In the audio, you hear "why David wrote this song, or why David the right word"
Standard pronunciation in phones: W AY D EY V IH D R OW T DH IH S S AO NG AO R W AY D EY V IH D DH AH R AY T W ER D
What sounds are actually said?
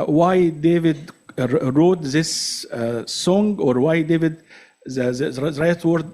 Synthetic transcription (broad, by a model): W AY D EY V IH D R OW T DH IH S S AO NG AO R W AY D EY V IH D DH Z R AY T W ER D